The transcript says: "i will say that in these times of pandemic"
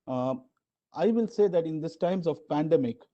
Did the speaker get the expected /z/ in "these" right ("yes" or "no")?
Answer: no